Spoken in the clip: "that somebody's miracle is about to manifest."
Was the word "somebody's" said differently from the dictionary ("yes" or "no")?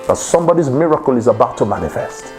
no